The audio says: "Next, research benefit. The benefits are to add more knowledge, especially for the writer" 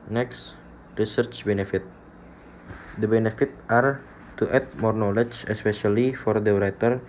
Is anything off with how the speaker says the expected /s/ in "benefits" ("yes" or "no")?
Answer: yes